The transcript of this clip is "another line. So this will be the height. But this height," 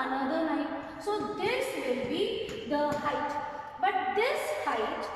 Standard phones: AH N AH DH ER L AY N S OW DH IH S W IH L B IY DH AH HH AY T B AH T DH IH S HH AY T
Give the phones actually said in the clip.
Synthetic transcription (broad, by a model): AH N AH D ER N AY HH S OW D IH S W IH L B IY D AH HH AY T B AH T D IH S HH AY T